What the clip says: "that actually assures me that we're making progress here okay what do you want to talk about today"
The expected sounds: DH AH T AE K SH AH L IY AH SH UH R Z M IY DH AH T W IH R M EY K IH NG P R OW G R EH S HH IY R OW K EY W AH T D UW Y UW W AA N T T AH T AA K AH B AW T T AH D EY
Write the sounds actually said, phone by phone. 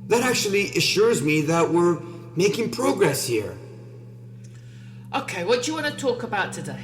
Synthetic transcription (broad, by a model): DH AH T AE K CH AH L IY AH SH UH R Z M IY DH AH T W IH R M EY K IH NG P R OW G R EH S HH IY R OW K EY W AH T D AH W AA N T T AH T AA K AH B AW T T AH D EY